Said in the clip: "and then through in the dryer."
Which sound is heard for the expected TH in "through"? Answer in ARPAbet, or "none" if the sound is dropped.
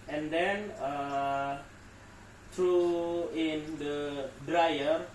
T